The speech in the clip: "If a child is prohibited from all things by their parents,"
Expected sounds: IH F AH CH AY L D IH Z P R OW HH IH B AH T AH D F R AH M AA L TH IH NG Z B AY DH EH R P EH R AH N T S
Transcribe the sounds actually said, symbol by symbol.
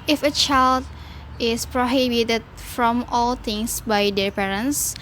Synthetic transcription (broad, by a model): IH F AH CH AY L D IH S P R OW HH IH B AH T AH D F R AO M AA L T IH NG S B AY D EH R P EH R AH N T S